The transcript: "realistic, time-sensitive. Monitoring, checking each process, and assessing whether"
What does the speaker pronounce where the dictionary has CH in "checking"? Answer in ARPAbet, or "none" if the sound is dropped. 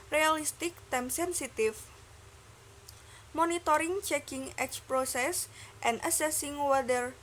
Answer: CH